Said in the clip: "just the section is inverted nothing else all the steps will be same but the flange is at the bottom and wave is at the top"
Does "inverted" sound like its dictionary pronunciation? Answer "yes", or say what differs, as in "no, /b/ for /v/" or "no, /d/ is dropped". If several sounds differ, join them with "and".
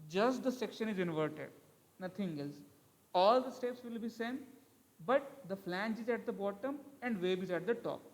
yes